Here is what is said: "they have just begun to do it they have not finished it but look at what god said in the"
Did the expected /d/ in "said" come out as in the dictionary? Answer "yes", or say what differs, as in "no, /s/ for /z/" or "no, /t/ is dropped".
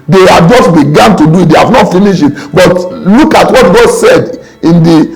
yes